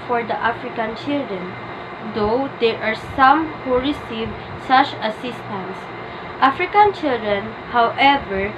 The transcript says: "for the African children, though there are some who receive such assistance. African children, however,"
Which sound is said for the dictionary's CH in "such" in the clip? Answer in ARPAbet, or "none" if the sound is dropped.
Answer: CH